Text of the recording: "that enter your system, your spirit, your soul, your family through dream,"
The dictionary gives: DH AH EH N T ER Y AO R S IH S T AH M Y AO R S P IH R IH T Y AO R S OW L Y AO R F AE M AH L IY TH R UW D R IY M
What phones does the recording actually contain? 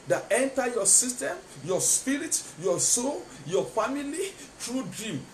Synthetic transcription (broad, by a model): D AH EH N T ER Y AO S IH S T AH M Y AO S P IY R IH T Y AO S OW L Y AO F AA M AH L IY T R UW D R IY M